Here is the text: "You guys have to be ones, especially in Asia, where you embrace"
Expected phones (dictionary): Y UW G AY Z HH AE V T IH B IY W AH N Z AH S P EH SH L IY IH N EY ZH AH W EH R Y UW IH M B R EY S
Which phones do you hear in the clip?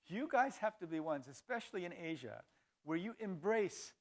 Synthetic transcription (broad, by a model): Y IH G AY Z HH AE F T IH B IY W AH N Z AH S P EH SH L IY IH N EY ZH AH W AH R Y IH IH M B R EY S